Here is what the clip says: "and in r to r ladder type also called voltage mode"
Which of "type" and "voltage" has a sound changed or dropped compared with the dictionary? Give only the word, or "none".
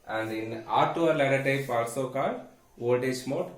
voltage